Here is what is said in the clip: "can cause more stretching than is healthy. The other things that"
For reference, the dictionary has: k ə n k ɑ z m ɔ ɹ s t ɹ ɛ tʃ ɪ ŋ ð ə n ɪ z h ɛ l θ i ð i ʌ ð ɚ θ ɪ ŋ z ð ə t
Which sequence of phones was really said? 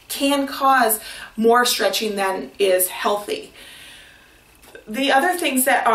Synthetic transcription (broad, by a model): k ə n k ɑ z m ɔ ɹ s t ɹ ɛ tʃ ɪ ŋ ð ə n ɪ z h ɛ l θ i ð i ʌ ð ɚ θ ɪ ŋ z ð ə t